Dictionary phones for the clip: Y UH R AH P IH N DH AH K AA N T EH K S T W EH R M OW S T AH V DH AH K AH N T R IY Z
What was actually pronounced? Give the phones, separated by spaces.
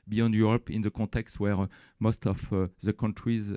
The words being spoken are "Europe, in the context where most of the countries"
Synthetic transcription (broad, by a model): Y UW R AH P IH N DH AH K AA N T EH K S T W EH R M OW S T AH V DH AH K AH N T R IY Z